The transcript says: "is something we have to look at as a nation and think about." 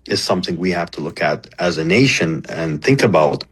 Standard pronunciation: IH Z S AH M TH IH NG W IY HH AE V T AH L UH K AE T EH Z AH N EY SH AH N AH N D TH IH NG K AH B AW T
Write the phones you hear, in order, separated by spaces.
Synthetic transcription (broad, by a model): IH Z S AH M TH IH NG W IY HH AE F T AH L UH K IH T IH Z AH N EY SH AH N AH N TH IH NG K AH B AW T